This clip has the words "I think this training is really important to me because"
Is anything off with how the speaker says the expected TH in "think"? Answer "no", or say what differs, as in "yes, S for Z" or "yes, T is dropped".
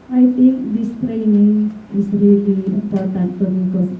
yes, T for TH